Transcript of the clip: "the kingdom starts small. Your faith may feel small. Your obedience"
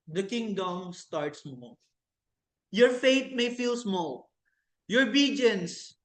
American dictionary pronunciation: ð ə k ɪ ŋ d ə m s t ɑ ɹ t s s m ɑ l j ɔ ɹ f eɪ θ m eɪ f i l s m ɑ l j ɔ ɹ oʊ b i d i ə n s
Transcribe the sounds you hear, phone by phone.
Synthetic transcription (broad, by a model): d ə k ɪ ŋ d ə m s t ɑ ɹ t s s m ɑ l j ɔ ɹ f eɪ t m eɪ f i l s m ɑ l j ɔ ɹ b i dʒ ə n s